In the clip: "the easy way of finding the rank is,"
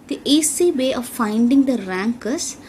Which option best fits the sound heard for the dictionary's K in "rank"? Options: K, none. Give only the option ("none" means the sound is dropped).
K